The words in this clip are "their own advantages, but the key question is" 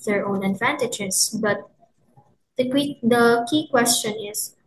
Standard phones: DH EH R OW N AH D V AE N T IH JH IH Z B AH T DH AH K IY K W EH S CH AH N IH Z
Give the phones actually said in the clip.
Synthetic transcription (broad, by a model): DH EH R OW N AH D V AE N T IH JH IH S B AH T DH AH K IY K W EH S CH AH N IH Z